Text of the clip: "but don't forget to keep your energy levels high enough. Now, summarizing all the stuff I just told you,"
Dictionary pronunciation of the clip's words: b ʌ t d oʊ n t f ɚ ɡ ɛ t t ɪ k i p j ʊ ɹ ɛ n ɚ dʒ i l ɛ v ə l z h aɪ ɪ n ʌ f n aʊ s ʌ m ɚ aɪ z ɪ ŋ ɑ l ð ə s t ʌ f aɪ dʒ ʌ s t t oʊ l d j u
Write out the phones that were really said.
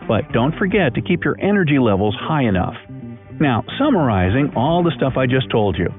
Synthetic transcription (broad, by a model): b ʌ t d oʊ n t f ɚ ɡ ɛ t t ɪ k i p j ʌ ɹ ɛ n ɚ dʒ i l ɛ v l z h aɪ ɪ n ʌ f n aʊ s ʌ m ɚ aɪ z ɪ ŋ ɑ l ð ə s t ʌ f aɪ dʒ ʌ s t t oʊ l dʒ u